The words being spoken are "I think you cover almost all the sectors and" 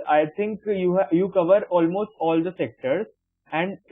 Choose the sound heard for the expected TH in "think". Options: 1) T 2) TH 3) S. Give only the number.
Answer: 1